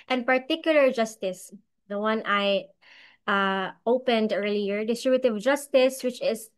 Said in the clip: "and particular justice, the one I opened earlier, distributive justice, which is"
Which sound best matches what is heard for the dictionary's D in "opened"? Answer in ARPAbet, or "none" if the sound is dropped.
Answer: D